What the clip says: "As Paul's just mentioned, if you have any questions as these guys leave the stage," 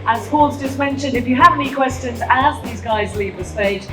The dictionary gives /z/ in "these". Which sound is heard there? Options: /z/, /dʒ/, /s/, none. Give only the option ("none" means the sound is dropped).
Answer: /z/